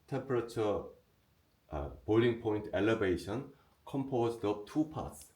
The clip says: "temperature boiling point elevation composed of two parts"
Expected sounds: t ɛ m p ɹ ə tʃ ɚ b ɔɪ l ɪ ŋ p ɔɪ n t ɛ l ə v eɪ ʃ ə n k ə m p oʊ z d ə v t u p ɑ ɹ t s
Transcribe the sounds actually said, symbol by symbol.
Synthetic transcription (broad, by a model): t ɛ m p ɹ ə tʃ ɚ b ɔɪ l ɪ ŋ p ɔɪ n t ɛ l ə v eɪ ʃ ə n k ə m p oʊ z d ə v t u p ɑ t s